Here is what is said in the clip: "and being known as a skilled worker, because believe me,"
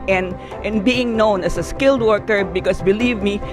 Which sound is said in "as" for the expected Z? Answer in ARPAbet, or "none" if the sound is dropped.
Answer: S